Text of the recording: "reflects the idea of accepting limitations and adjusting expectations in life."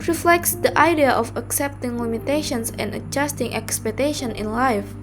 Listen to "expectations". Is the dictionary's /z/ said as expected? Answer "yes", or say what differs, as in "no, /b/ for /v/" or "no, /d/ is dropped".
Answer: no, /z/ is dropped